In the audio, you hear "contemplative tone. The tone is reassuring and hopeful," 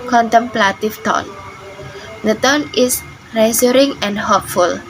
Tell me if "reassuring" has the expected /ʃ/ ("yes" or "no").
no